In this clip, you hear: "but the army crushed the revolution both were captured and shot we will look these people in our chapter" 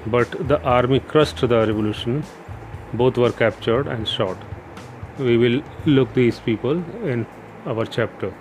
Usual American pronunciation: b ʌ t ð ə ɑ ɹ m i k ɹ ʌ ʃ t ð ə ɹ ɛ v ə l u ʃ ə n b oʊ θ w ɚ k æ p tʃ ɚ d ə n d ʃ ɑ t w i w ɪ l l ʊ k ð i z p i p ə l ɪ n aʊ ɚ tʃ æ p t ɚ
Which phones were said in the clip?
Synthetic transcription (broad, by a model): b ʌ t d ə ɑ ɹ m i k ɹ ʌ s t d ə ɹ ɛ v ə l u ʃ ə n b oʊ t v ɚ k æ p tʃ ɚ d ə n d ʃ ɑ t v i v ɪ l l ʊ k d i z p i p ə l ɪ n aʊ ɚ tʃ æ p t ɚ